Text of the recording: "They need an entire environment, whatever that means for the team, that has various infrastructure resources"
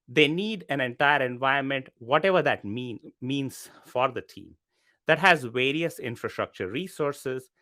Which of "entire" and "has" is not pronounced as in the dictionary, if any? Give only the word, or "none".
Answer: none